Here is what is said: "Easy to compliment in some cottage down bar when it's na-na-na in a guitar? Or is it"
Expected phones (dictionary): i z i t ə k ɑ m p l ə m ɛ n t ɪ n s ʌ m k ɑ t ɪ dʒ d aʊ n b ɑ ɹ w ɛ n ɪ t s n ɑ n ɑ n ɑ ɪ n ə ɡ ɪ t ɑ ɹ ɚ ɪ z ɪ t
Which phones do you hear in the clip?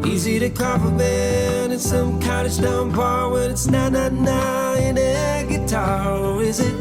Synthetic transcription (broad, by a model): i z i t ə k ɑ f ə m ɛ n ɪ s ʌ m k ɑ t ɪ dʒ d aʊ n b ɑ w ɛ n ɪ t s n ɑ n ɑ n ɑ ɪ n ə ɡ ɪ t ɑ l ɪ z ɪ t